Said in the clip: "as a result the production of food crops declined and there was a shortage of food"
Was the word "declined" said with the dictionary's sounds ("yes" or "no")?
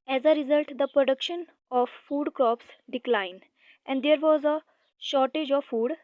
yes